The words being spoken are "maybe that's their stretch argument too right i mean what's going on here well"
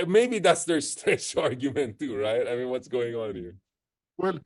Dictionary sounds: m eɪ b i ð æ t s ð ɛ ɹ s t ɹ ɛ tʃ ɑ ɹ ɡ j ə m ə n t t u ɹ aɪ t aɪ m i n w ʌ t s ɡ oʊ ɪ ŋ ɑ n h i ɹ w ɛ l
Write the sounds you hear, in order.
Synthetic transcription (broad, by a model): m eɪ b i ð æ t s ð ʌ ɹ s t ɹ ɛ ʃ ɑ ɹ ɡ j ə m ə n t t u ɹ aɪ t aɪ m i n w ʌ t s ɡ oʊ ɪ ŋ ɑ n h i ɹ w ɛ l